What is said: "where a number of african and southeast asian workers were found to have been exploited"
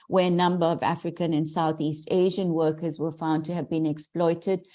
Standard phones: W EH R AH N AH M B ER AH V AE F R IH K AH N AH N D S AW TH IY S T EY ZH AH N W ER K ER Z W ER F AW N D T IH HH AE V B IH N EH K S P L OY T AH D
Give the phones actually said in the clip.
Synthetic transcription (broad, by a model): W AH R AH N AH M B ER AH V AE F R IH K AH N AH N S AW TH IY S T EY ZH AH N W ER K ER Z W ER F AW N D T IH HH V B IH N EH K S P L OY T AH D